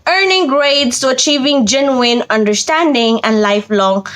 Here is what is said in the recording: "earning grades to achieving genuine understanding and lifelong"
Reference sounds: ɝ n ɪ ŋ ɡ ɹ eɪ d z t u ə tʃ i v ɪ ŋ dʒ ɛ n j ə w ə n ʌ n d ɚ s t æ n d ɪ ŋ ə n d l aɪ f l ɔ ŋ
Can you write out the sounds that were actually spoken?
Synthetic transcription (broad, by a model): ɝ n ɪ ŋ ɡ ɹ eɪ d s t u ə tʃ i v ɪ ŋ dʒ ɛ n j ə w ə n ʌ n d ɚ s t æ n d ɪ ŋ ə n d l aɪ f l ɔ ŋ